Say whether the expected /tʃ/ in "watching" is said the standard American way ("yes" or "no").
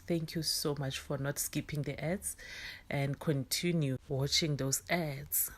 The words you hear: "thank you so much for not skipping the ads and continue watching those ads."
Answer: yes